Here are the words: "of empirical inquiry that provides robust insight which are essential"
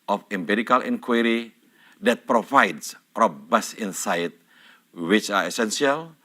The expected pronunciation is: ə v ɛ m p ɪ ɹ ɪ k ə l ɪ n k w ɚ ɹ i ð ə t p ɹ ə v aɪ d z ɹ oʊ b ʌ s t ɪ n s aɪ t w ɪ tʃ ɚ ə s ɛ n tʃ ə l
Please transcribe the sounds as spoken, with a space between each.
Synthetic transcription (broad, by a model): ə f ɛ m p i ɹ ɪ k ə l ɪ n k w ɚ ɹ i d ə t p ɹ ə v aɪ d s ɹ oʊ b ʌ s ɪ n s aɪ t w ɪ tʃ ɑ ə s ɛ n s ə l